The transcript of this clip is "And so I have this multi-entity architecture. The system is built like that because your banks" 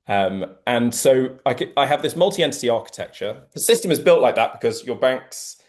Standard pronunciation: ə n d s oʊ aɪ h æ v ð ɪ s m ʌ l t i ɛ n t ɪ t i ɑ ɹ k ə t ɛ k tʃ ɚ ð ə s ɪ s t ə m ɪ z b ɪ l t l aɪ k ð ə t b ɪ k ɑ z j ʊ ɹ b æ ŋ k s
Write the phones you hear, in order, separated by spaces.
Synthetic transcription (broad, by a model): ə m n s oʊ aɪ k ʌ v ð ɪ s m ʌ l t i ɛ n t ɪ t i ɑ k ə t ɛ k tʃ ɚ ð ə s ɪ s t ə m ɪ z b ɪ l t l aɪ k ð ə t b ɪ k ɑ z j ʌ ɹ b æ ŋ k s